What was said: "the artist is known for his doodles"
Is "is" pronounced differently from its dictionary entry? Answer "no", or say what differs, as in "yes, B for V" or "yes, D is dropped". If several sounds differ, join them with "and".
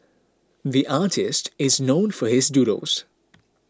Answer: no